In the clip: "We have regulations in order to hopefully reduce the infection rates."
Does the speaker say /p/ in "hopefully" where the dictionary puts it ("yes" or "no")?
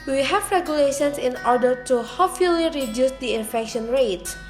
no